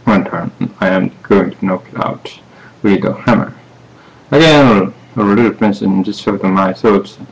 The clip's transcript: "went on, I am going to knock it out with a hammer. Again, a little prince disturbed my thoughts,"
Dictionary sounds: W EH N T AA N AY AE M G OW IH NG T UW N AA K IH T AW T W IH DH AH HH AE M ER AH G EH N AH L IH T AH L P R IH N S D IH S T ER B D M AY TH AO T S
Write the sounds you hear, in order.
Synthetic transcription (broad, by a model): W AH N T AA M AY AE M G OW IH NG T UW N AA K IH T AW T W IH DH AH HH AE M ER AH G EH L AH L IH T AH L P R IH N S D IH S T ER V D M AY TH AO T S